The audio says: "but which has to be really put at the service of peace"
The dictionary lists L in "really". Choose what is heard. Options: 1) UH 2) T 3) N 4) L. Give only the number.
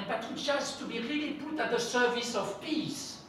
4